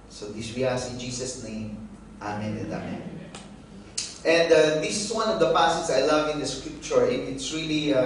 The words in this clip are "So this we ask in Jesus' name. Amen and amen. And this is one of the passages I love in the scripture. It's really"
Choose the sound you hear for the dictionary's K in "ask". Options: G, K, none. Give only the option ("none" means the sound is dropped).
none